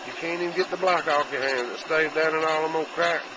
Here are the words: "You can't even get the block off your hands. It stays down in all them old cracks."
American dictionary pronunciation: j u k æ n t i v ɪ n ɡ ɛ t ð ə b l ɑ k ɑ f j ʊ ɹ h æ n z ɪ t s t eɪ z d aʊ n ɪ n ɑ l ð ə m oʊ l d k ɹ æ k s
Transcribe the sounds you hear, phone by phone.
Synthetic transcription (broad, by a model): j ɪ k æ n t i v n ɡ ɛ t ð ə b l ɑ k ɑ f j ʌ ɹ h æ n z ɪ t s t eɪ d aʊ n ɪ n ɑ l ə m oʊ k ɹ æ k